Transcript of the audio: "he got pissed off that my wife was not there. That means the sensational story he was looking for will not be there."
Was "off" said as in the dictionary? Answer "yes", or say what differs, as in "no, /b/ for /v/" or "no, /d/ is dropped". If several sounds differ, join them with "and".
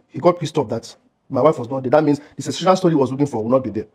no, /p/ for /f/